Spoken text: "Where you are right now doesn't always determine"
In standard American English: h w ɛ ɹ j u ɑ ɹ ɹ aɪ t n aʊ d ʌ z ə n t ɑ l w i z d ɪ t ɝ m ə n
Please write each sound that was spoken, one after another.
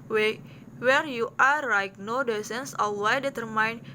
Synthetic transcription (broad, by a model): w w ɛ ɹ j u ɑ ɹ l aɪ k n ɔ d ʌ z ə n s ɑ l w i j d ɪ t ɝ m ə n